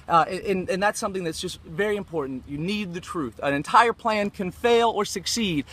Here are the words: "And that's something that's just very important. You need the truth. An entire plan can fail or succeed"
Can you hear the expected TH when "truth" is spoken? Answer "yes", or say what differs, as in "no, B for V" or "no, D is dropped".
yes